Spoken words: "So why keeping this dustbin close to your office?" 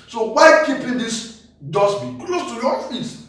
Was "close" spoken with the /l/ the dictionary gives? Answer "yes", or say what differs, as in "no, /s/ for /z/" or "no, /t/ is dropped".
yes